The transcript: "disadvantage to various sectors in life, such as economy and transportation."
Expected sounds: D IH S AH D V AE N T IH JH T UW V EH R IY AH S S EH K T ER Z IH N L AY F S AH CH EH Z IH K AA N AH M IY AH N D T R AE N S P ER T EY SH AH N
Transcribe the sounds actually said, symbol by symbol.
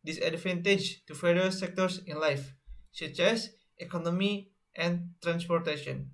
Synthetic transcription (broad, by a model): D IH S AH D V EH N T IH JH T UW F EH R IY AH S S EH K T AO S IH N L AY F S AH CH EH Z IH K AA N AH M IY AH N T R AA N S P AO T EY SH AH N